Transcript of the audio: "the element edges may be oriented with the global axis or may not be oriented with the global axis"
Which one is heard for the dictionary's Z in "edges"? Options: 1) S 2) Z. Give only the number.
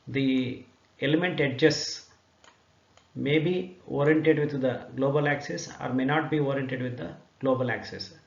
1